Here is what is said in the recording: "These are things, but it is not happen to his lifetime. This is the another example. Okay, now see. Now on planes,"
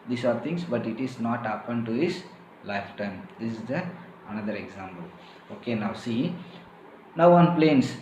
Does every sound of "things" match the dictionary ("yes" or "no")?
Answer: no